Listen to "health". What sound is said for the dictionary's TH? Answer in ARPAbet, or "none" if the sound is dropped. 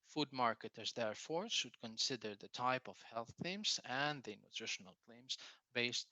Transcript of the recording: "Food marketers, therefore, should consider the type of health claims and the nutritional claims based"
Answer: TH